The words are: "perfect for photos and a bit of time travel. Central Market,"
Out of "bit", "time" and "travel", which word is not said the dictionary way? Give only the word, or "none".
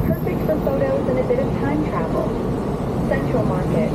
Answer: none